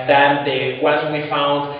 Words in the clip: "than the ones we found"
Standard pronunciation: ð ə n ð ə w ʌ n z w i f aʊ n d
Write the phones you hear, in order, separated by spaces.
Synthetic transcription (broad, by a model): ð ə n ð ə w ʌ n w i f aʊ n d